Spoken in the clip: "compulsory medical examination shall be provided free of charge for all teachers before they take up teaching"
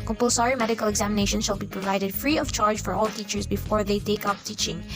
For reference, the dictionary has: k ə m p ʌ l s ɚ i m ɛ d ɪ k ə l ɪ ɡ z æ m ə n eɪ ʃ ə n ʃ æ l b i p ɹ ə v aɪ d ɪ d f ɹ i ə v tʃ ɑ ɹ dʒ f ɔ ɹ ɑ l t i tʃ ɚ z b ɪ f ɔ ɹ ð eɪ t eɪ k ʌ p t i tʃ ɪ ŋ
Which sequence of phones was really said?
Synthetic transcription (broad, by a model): k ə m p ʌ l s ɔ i m ɛ d ɪ k ə l ɪ ɡ z æ m ə n eɪ ʃ ə n ʃ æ l b i p ɹ ə v aɪ d ɪ d f ɹ i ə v tʃ ɑ ɹ dʒ f ɔ ɹ ɑ l t i tʃ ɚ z b ɪ f ɔ ɹ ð eɪ t eɪ k ʌ p t i tʃ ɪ ŋ